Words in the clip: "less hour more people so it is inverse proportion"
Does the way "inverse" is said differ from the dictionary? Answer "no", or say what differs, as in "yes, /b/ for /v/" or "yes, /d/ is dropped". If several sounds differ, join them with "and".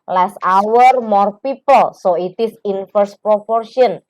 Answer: yes, /f/ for /v/